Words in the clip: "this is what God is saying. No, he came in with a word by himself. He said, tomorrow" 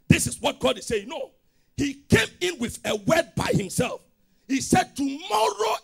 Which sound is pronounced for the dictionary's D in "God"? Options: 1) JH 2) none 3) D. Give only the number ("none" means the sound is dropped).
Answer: 3